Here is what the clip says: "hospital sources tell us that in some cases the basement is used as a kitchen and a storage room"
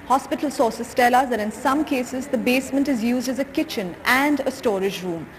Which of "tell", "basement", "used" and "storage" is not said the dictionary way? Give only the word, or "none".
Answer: none